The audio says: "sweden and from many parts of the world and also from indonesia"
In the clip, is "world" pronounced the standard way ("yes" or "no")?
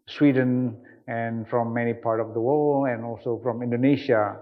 no